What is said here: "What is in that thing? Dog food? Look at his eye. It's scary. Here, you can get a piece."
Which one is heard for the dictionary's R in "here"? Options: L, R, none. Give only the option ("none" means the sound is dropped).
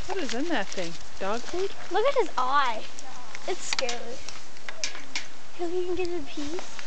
L